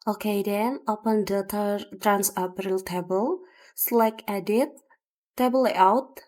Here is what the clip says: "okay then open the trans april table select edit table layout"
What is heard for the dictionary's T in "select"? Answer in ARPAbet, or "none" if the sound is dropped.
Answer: none